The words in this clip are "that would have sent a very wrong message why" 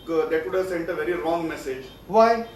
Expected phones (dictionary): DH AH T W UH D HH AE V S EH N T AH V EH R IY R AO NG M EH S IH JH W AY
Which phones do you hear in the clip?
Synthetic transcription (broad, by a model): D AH T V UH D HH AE V S EH N T AH V EH R IY R AO NG M EH S IH JH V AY